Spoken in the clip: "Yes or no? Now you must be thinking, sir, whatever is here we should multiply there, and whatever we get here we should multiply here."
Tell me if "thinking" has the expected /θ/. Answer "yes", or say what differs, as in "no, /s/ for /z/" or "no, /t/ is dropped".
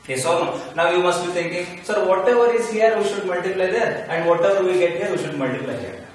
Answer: no, /t/ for /θ/